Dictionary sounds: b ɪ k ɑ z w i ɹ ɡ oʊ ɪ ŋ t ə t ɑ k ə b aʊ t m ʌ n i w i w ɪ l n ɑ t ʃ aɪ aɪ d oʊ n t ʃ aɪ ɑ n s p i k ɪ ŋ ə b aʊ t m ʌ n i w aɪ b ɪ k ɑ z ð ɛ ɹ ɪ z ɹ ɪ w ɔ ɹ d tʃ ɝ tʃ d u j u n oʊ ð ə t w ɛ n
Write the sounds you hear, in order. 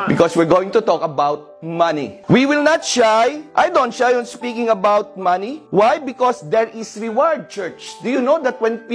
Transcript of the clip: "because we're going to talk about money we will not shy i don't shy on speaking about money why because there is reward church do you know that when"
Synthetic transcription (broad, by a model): b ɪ k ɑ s w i ɹ ɡ oʊ ɪ ŋ t ə t ɑ k ə b aʊ t m ʌ n i w i w ɪ l n ɑ t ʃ aɪ aɪ d oʊ n t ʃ aɪ ɑ n s p i k ɪ ŋ ə b aʊ t m ʌ n i w aɪ b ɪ k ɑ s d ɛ ɹ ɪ s ɹ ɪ w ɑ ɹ d tʃ ɝ tʃ d u j u n oʊ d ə t w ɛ n